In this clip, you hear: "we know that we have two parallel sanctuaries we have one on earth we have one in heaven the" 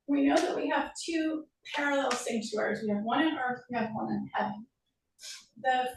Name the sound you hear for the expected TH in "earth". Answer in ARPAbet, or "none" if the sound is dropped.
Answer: TH